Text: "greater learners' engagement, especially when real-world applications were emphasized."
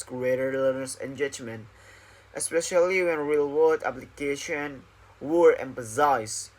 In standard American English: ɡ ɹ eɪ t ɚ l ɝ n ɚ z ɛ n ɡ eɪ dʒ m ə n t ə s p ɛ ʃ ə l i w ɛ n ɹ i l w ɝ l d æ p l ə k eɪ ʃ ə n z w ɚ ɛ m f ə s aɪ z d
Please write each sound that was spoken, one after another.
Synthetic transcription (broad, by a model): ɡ ɹ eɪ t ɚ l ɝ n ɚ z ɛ n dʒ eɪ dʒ m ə n t ə s p ɛ ʃ ə l i w ɛ n ɹ i l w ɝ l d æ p l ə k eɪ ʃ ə n w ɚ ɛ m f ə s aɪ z